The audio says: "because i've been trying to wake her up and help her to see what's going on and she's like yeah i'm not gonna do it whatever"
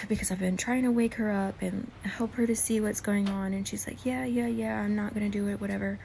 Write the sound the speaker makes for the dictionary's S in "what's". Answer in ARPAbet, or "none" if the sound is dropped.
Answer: S